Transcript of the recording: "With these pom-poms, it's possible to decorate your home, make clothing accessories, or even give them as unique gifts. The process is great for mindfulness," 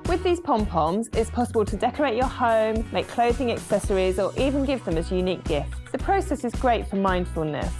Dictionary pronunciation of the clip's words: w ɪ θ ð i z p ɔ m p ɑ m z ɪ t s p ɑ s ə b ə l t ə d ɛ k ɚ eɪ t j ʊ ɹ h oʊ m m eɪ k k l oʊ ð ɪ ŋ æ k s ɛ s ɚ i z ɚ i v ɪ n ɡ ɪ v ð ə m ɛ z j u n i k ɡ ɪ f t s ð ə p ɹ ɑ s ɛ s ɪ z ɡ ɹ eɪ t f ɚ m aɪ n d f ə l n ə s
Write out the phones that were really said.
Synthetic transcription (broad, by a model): w ɪ ð i z p ɔ m p ɑ m z ɪ t s p ɑ s ə b ə l t ə d ɛ k ɚ eɪ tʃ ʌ h oʊ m m eɪ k k l oʊ ð ɪ ŋ æ k s ɛ s ɚ i z ɚ i v ɪ n ɡ ɪ v ð ə m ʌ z j u n i k ɡ ɪ f t s ð ə p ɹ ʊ s ɛ s ɪ z ɡ ɹ eɪ t f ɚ m aɪ n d f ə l n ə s